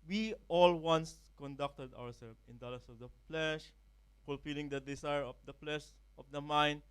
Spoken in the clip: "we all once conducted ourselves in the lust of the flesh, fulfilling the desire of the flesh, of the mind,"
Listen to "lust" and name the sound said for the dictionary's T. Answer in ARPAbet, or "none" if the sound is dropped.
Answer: none